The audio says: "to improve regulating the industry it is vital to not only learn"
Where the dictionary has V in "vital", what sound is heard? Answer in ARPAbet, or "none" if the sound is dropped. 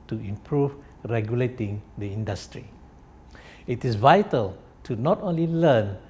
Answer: V